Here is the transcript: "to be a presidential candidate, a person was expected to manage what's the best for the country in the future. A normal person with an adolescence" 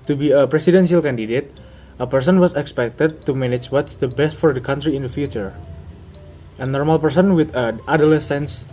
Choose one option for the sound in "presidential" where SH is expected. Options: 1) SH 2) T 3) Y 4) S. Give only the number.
4